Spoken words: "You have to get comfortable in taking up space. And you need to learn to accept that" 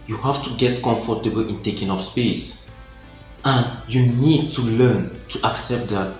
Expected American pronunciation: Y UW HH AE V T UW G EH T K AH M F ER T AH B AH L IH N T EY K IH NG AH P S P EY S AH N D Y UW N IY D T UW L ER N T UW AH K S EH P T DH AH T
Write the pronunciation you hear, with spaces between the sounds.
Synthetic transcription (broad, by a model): Y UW HH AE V T UW G EH T K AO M F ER T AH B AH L IH N T EY K IH NG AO F S P EY S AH N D Y UW N IY D T UW L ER N T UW AH K S EH P T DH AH T